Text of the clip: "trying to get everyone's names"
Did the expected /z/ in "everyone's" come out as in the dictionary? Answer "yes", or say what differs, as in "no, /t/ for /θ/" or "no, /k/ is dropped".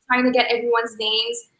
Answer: yes